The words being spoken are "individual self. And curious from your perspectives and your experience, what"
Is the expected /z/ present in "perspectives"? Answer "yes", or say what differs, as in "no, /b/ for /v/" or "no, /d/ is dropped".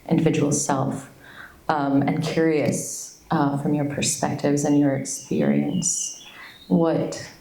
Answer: yes